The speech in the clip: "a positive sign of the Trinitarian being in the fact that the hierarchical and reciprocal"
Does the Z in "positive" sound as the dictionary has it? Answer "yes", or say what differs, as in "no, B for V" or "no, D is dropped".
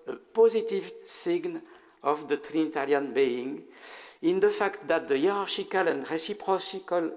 yes